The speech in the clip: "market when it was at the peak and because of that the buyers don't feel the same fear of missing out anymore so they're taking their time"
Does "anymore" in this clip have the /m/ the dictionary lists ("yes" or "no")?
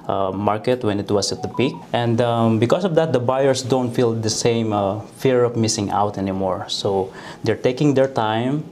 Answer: yes